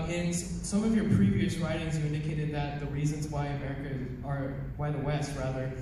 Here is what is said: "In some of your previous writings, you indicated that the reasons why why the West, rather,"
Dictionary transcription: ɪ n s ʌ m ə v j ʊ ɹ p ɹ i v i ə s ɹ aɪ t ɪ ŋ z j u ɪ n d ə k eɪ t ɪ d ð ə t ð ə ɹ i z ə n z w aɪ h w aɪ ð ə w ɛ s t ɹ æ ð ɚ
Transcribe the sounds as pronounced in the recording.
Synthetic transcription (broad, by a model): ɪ n s ʌ m ə v j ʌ ɹ p ɹ i v i ə s ɹ aɪ t ɪ ŋ z j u ɪ n d ə k eɪ t ɪ d ð ə t ð ə ɹ i z ə n z w aɪ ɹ w aɪ ð ə w ɛ s t ɹ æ ð ɚ